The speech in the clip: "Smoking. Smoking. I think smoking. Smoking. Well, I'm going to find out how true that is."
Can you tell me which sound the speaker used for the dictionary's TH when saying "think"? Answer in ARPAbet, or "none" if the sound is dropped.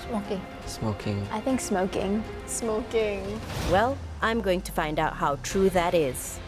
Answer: TH